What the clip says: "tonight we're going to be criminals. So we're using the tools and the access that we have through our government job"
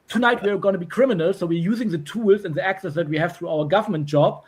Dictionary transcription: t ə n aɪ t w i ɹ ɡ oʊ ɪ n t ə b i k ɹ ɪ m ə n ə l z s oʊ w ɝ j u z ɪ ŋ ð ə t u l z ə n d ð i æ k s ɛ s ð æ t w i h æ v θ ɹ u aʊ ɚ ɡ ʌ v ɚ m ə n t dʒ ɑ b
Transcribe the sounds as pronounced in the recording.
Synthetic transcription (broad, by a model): t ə n aɪ t w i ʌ ɡ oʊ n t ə b i k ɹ ɪ m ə n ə l s oʊ w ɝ j u z ɪ ŋ ð ə t u l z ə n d ð i æ k s ɛ s ð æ t w i h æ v θ ɹ u aʊ ɚ ɡ ʌ v ɚ m ə n t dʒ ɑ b